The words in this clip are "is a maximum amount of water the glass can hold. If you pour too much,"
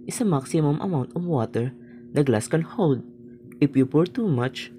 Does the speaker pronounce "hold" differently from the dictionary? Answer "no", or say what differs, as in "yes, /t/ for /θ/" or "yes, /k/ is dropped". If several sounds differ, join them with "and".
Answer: yes, /w/ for /l/